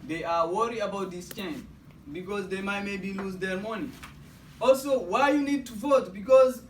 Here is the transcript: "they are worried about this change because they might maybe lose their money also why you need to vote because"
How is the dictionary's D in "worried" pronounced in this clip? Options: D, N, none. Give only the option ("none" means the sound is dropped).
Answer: none